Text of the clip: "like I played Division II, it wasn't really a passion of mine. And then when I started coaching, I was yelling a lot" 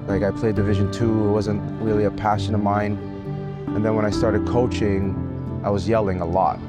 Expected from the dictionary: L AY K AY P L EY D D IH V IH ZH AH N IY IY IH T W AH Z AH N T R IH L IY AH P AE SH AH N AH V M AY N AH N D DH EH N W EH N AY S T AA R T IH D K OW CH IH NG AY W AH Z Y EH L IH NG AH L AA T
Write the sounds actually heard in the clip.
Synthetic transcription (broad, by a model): L AY K AY P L EY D D IH V IH ZH AH N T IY IH T W AH Z AH N T R IH L IY AH P AE SH AH N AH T M AY N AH N DH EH N W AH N AY S T AA R T IH D K OW CH IH NG AY W AH Z Y EH L IH NG AH L AA T